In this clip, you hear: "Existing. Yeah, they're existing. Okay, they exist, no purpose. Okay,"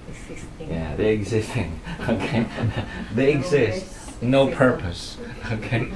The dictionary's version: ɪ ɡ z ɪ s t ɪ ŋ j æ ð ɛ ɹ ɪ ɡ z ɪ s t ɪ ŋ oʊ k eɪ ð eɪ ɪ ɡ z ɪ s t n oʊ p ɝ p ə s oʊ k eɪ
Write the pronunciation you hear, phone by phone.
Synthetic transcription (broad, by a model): j æ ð ɛ ɪ ɡ z ɪ s t ɪ ŋ oʊ k eɪ ð eɪ ɪ ɡ z ɪ s t n oʊ p ɝ p ə s oʊ k eɪ